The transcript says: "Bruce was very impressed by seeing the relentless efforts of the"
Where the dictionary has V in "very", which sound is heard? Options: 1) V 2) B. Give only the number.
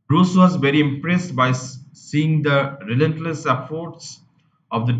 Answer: 1